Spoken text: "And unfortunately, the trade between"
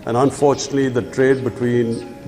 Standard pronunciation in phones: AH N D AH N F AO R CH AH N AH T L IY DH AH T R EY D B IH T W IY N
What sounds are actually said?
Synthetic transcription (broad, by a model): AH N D AH N F AO R CH AH N AH T L IY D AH T R EY D B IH T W IY N